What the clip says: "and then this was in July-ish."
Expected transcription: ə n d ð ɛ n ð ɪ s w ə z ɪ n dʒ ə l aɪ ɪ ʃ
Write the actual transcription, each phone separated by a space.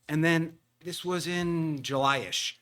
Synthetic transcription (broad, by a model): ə n ð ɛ n ð ɪ s w ə z ɪ n dʒ ə l aɪ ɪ ʃ